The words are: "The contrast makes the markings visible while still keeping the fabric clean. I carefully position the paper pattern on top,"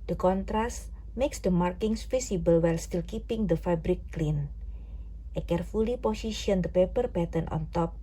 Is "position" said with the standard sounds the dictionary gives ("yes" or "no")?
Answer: no